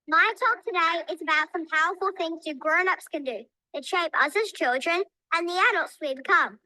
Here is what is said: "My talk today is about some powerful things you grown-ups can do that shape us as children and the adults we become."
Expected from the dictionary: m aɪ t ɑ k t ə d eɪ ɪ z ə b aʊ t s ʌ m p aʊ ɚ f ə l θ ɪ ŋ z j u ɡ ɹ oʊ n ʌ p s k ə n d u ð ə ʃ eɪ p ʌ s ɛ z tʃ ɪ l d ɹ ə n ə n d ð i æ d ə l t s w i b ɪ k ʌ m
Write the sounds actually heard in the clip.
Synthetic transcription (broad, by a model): m aɪ t ɑ k t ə d eɪ ɪ z ə b aʊ t s ʌ m p aʊ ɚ f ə l θ ɪ ŋ z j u ɡ ɹ oʊ n ʌ p s k ə n d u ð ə ʃ eɪ p ʌ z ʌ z tʃ ɪ l d ɹ ə n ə n ð i æ d ə l t s w i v k ʌ m